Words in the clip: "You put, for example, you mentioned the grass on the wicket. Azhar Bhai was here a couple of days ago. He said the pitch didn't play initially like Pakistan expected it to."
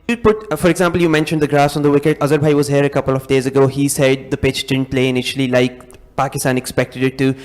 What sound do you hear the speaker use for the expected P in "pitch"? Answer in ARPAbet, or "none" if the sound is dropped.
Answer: P